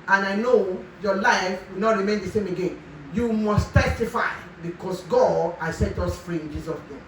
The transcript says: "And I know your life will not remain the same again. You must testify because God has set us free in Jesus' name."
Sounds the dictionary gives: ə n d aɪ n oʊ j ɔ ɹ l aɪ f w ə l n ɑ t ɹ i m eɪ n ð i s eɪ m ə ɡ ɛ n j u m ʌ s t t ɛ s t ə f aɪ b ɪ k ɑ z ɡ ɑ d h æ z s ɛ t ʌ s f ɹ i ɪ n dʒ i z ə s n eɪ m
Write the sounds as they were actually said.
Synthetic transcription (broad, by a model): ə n aɪ n oʊ j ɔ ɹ l aɪ f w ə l n ɑ t ɹ i m eɪ n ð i s eɪ m ə ɡ ɛ n j u m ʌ s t t ɛ s t ə f aɪ b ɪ k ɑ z ɡ ɑ d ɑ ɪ s ɛ t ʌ s f ɹ i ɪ n dʒ i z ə s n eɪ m